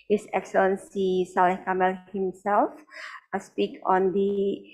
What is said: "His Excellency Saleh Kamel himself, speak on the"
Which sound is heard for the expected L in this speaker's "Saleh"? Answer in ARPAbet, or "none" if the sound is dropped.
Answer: none